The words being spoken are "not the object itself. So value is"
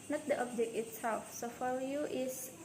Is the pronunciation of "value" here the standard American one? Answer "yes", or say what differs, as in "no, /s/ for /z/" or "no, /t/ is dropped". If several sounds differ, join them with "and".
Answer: no, /f/ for /v/